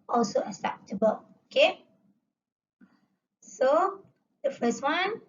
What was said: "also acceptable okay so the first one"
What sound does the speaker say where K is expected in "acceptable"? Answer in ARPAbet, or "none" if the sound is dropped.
none